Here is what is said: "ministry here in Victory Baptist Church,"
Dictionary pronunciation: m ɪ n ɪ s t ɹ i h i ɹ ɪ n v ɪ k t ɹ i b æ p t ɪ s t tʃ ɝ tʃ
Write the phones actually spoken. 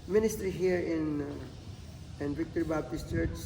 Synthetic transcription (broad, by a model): m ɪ n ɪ s t ɹ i h i ɹ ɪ n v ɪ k t ɹ b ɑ b t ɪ s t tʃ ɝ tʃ